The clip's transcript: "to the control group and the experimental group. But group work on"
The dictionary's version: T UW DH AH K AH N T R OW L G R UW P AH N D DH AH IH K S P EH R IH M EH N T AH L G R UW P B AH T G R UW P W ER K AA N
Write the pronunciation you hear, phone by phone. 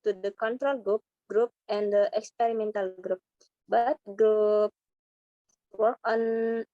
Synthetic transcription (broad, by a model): T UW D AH K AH N T R OW L G R UW P AH N D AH IH K S P EH R IH M EH N T AH L G R UW P B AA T G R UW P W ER AA N